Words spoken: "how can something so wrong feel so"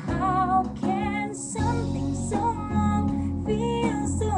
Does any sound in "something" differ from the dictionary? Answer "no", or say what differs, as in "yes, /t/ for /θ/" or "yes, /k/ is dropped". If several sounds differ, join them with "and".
no